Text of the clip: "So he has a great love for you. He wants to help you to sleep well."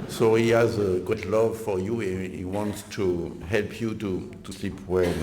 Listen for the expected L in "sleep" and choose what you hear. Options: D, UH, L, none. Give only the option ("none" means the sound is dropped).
L